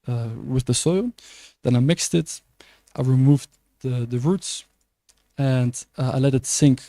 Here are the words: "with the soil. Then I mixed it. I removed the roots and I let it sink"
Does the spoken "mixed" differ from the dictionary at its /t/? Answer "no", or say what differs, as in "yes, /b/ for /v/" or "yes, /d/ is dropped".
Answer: no